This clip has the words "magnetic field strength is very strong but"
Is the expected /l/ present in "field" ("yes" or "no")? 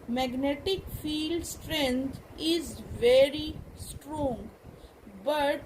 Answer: yes